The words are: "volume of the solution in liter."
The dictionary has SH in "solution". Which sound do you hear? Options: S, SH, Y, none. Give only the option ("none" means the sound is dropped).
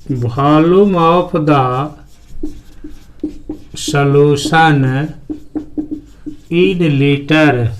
S